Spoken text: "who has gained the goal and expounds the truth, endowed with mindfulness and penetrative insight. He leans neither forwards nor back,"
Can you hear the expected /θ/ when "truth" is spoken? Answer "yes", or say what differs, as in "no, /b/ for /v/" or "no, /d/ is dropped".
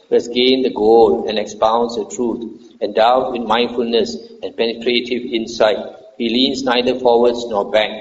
no, /t/ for /θ/